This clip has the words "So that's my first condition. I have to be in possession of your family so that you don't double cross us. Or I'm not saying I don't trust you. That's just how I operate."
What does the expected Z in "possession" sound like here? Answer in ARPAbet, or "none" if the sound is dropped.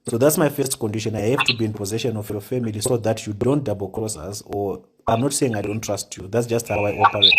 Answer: Z